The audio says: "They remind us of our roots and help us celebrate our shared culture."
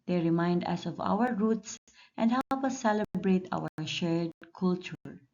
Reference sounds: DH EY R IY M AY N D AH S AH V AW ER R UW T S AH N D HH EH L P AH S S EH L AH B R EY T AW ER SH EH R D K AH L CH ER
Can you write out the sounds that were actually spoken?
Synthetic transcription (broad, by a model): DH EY R IY M AY N D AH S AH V AW ER R UW T S AH N D HH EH P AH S S EH L AH B R EY T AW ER SH EH R D K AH L CH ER